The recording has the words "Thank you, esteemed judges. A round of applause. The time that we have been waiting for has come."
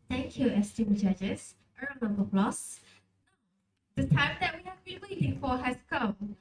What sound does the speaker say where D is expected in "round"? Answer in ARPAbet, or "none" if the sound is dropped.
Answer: none